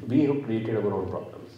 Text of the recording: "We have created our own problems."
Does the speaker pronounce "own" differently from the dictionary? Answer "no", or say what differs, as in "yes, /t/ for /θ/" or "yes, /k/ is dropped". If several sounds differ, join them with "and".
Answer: yes, /l/ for /n/